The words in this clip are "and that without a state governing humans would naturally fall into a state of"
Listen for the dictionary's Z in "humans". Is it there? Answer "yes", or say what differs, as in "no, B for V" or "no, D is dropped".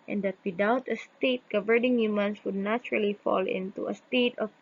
no, S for Z